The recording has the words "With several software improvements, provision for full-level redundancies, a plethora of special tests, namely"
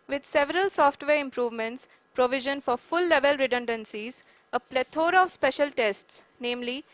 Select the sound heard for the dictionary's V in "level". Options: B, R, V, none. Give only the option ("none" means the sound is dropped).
V